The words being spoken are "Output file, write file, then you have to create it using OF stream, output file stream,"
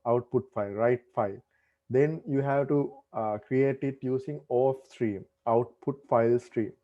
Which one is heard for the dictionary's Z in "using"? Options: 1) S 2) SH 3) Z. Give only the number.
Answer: 1